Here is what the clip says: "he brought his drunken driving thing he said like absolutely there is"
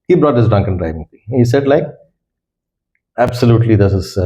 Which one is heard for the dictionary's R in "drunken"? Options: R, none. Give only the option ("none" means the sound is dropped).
none